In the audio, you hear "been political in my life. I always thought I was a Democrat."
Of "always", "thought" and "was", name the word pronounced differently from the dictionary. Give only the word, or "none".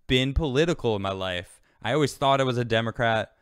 none